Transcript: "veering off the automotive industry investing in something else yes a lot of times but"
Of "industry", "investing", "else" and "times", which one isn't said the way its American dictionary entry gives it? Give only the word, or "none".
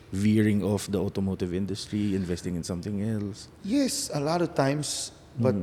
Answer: times